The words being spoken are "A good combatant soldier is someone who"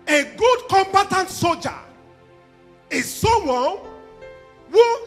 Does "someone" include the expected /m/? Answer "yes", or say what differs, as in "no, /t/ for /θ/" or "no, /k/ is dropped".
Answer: no, /m/ is dropped